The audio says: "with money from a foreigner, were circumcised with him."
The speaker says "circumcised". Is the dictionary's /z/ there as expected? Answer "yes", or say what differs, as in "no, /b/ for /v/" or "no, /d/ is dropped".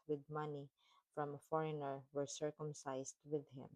no, /s/ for /z/